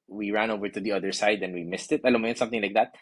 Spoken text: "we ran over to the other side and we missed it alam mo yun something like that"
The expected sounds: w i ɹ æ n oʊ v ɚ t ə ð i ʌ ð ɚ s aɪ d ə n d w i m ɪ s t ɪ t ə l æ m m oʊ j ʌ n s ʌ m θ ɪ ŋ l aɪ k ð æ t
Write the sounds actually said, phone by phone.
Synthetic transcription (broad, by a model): w i ɹ æ n oʊ v ɚ t ə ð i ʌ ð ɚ s aɪ d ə n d w i m ɪ s t ɪ t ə l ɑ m m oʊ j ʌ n s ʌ m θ ɪ ŋ l aɪ k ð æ t